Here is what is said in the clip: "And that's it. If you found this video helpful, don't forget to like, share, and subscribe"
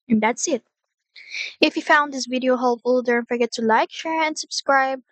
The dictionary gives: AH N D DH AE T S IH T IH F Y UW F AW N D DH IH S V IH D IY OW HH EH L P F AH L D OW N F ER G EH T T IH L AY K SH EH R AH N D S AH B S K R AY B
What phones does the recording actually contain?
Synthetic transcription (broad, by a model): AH N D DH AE T S IH T IH F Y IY F AW N D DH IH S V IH D IY OW HH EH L F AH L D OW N F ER G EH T T IH L AY K SH EH R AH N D S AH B S K R AY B